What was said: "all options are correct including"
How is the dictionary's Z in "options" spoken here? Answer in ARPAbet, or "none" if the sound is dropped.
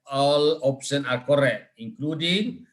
none